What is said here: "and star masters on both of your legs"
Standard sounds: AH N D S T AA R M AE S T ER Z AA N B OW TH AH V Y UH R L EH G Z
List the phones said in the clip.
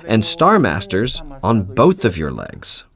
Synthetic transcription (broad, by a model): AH N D S T AA R M AE S T ER Z N B OW TH AH V Y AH R L EH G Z